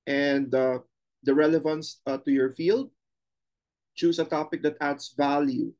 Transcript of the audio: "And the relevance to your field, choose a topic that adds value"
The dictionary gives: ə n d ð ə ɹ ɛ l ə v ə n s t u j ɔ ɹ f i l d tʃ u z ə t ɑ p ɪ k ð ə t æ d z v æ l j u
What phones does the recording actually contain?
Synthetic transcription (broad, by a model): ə n d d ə ɹ ɛ l ə v ə n s t u j ɔ ɹ f i l d tʃ u s ə t ɑ p ɪ k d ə t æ d s v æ l j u